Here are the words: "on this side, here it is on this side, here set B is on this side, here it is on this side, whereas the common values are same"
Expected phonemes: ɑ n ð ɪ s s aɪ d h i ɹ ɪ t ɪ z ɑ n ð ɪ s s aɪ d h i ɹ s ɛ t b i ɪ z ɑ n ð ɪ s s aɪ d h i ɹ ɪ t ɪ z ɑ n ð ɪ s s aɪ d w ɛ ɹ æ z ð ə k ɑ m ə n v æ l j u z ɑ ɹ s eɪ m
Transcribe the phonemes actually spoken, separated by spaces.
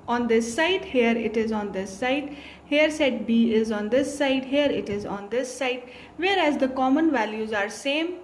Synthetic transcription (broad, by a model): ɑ n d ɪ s s aɪ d h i ɹ ɪ t ɪ z ɑ n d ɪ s s aɪ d h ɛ ɹ s ɛ t b i ɪ z ɑ n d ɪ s s aɪ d h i ɹ ɪ t ɪ z ɑ n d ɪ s s aɪ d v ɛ ɹ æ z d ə k ɑ m ə n v æ l j u z ɑ ɹ s eɪ m